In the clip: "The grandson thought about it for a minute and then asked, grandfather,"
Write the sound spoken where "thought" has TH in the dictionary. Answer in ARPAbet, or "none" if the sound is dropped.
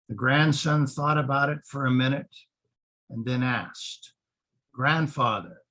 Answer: TH